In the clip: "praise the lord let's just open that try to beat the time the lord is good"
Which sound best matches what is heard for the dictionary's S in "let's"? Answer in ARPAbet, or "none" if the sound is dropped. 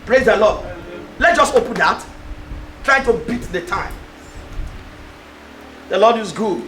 none